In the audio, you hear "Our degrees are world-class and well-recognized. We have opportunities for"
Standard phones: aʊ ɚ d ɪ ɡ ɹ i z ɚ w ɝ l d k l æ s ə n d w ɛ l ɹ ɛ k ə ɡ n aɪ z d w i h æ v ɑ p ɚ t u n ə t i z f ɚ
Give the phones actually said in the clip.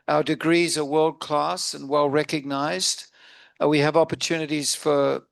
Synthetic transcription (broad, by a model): aʊ ɚ d ɪ ɡ ɹ i z ɚ w ɝ l d k l æ s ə n w ɛ l ɹ ɛ k ə ɡ n aɪ z d w i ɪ v ɑ p ɚ t u n ə t i z f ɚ